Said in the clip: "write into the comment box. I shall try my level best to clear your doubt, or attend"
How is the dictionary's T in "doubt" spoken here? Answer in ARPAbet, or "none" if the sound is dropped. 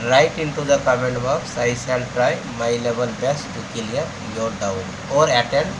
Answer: none